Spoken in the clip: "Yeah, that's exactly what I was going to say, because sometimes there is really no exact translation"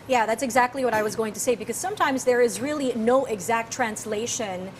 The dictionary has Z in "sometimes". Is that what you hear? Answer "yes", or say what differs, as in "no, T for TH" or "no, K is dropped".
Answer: yes